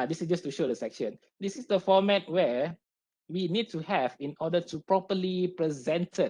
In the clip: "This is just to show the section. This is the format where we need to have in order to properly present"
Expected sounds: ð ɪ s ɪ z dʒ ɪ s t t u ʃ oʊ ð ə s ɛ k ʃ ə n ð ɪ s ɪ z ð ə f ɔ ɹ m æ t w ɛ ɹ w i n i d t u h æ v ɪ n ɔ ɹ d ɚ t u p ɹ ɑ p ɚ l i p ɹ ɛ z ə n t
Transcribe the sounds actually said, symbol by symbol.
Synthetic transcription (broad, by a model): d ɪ s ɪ s dʒ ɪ s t t u ʃ oʊ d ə s ɛ k ʃ ə n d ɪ s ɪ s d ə f ɔ m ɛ t w ɛ w i n i d t u h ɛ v ɪ n ɔ d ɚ t u p ɹ ɑ p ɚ l i p ɹ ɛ z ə n t